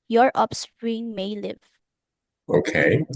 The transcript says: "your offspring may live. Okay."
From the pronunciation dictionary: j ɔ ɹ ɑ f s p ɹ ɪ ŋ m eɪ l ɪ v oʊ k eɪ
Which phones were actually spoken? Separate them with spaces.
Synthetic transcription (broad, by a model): j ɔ ɹ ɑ p s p ɹ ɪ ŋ m eɪ l ɪ v oʊ k eɪ